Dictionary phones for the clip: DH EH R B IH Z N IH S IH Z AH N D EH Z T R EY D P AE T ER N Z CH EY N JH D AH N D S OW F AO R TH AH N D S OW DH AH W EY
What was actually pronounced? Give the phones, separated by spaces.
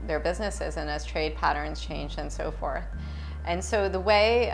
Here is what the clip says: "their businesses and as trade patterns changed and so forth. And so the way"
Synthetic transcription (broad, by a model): DH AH R B IH Z N IH S IH Z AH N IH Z T R EY D P AE T ER N Z CH EY N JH AH N S OW F AO R TH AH N S OW DH AH W EY